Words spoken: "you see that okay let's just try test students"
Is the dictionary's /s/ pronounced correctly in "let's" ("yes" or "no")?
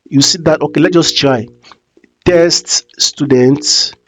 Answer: no